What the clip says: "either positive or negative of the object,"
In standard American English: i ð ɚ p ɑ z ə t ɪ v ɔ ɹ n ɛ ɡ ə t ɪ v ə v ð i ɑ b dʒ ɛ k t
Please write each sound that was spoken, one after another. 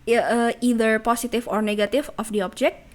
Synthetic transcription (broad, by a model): i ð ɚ p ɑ s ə t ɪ f ɔ ɹ n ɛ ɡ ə t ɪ f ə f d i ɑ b dʒ ɛ k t